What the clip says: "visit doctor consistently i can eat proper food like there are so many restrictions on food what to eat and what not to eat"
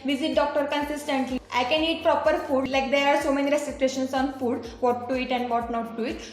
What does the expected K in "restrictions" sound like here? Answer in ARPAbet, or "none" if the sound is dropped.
none